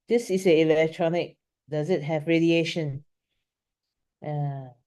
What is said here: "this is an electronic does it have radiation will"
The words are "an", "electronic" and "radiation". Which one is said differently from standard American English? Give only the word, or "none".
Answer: an